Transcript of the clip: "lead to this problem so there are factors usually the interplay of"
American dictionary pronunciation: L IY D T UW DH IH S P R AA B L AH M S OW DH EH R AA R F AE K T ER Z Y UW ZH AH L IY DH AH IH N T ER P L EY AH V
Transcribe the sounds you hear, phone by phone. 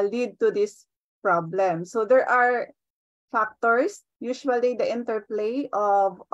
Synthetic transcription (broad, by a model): L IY D T UW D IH S P R AA B L AH M S OW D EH R AA R F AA K T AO S Y UW SH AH L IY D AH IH N T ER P L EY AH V